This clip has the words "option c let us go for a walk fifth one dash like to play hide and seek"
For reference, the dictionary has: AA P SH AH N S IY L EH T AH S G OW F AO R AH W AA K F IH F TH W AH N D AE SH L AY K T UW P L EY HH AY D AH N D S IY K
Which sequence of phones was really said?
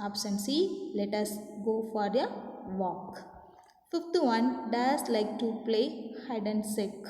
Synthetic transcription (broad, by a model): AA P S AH N S IY L EH T AH S G OW F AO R AH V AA K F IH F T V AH N D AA S L AY K T UW P L EY HH AY D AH N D S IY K